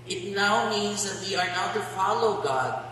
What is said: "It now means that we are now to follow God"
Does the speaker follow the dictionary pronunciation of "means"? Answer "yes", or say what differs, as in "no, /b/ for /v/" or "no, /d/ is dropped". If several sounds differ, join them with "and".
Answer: yes